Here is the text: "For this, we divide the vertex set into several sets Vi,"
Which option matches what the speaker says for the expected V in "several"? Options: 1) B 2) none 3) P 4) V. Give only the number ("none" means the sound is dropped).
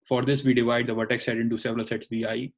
4